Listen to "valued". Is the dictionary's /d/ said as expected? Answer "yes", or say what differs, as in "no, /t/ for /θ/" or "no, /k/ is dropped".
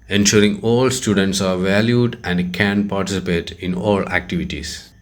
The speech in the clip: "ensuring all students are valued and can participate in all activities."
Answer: yes